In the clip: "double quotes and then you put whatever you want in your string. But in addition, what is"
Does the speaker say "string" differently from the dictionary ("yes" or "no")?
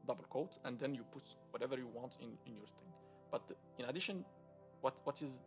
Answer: yes